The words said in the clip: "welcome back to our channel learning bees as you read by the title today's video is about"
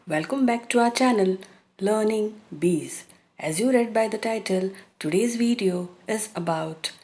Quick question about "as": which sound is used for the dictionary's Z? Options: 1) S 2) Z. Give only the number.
2